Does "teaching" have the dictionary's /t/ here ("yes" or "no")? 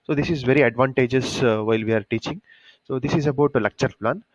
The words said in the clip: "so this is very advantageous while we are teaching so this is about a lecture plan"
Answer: yes